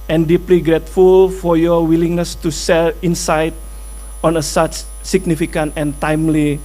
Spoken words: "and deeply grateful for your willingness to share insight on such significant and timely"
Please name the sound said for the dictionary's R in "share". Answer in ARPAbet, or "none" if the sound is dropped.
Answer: L